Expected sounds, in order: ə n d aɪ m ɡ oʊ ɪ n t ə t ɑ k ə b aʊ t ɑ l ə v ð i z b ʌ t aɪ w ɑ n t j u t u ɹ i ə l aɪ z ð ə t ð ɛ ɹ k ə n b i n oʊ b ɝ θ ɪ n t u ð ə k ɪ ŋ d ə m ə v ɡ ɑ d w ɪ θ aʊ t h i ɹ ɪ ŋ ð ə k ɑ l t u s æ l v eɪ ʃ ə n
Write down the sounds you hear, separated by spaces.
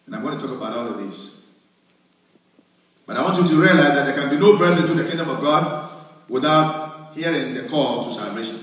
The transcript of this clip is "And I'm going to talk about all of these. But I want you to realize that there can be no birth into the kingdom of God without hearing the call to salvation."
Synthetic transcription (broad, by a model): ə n aɪ m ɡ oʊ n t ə t ɑ k ə b aʊ t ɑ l ə v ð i s b ʌ t aɪ w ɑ n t j u t u ɹ i ə l aɪ z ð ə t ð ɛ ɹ k ə n b i n oʊ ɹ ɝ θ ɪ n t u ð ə k ɪ ŋ d ə m ə v ɡ ɑ d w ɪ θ aʊ t h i ɹ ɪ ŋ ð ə k ɑ l t u s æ l v eɪ ʃ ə n